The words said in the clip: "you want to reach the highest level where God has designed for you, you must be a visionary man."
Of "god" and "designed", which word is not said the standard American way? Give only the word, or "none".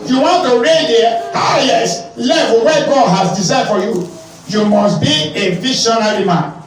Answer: designed